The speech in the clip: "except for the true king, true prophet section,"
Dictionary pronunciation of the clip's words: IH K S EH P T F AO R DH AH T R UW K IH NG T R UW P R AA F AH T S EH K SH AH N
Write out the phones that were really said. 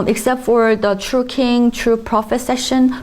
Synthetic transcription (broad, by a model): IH K S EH P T F AO R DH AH T R UW K IH NG T R UW P R AA F AH T S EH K SH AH N